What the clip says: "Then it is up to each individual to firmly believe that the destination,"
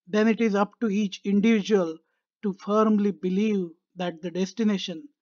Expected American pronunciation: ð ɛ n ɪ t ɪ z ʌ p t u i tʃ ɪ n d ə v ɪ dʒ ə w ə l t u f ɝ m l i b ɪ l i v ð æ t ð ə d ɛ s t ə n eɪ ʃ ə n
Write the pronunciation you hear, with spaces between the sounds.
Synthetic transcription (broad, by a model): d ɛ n ɪ t ɪ z ʌ p t u i tʃ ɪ n d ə v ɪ dʒ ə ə l t u f ɝ m l i b ɪ l i v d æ t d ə d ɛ s t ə n eɪ ʃ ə n